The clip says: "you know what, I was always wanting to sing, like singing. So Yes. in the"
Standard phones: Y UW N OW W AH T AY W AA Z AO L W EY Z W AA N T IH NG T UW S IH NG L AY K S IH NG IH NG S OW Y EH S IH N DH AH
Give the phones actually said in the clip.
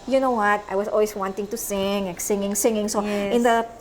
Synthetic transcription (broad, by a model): Y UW N OW W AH T AY W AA S AO L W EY S W AA N T IH NG T UW S IH NG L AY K S IH NG IH NG S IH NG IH S IH N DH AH